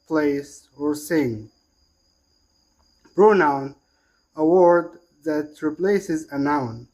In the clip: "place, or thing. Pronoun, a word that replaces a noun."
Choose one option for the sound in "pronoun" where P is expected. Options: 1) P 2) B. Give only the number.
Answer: 2